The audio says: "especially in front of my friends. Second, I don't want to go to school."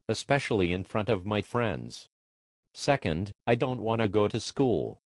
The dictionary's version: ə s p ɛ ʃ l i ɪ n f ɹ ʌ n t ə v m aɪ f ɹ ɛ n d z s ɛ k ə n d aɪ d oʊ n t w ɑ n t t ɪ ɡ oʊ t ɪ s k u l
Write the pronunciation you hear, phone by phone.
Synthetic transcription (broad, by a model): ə s p ɛ ʃ l i ɪ n f ɹ ʌ n t ə v m aɪ f ɹ ɛ n d z s ɛ k ə n d aɪ d oʊ n t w ɑ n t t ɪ ɡ oʊ t ɪ s k u l